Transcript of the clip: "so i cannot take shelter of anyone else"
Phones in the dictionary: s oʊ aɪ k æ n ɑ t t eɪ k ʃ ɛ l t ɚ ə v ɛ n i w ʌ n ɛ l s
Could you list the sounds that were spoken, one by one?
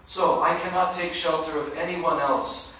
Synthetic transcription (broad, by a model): s oʊ aɪ k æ n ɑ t t eɪ k ʃ ɛ l t ɚ ə v ɛ n i w ʌ n ɛ l s